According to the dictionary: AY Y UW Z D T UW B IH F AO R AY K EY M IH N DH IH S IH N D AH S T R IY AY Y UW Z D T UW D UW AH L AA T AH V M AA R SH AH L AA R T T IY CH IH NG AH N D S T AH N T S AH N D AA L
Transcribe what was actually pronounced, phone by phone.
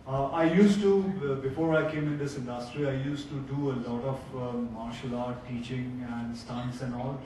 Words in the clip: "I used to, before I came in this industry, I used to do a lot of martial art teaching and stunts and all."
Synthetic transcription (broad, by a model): AY Y UW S T UW B IH F AO R AY K EY M IH N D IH S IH N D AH S T R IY AY Y UW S T UW D UW AH L AA T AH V M AA R SH AH L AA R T T IY CH IH NG AH N D S T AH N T S AH N D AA L